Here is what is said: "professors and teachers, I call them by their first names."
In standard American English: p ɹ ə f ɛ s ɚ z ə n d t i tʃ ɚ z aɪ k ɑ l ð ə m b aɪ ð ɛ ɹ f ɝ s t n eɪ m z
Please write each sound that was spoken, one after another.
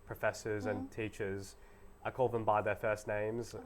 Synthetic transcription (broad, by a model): p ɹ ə f ɛ s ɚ z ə n t i tʃ ɚ z aɪ k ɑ l ð ə m b aɪ ð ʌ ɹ f ɝ s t n eɪ m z